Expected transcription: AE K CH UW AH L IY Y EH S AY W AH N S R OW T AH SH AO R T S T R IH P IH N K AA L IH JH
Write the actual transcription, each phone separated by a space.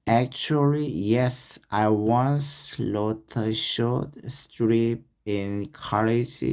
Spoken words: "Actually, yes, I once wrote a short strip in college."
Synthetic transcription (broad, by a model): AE K CH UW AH L IY Y EH S AY W AH N S L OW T AH SH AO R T S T R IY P IH N K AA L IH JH